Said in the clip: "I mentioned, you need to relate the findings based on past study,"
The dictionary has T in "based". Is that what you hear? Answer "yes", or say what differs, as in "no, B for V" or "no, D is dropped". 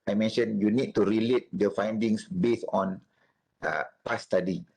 no, T is dropped